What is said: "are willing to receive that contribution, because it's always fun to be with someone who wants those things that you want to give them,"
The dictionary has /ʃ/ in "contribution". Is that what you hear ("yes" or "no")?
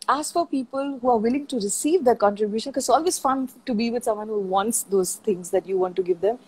yes